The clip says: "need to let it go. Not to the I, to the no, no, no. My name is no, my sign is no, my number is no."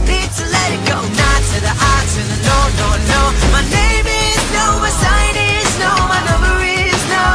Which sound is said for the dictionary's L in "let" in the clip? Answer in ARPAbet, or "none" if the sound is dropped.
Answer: L